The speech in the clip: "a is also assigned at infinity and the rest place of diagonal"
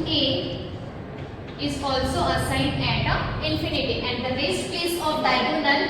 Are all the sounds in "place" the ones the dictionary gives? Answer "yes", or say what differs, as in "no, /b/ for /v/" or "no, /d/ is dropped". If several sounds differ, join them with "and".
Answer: no, /l/ is dropped